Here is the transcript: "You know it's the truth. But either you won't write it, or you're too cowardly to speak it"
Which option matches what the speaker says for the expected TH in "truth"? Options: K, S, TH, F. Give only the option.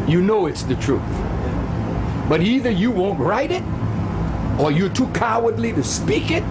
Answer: TH